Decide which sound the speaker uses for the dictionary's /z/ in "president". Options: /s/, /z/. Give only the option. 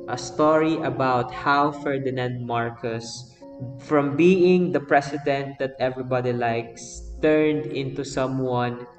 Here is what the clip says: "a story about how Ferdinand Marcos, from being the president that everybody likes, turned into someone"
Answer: /s/